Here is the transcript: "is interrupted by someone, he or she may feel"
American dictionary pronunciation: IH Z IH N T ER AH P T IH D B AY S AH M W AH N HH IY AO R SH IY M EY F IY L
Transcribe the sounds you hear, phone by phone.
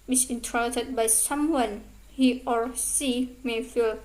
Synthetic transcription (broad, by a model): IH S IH N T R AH T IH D B AY S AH M W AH N HH IY AO R S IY M EY F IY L